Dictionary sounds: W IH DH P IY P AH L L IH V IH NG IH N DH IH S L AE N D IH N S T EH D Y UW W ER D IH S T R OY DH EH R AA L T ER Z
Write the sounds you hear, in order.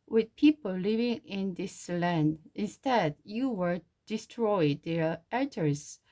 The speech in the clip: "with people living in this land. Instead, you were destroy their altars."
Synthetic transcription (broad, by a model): W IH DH P IY P AH L L IH V IH NG IH N DH IH S L AE N D IH N S T EH D Y UW W ER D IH S T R OY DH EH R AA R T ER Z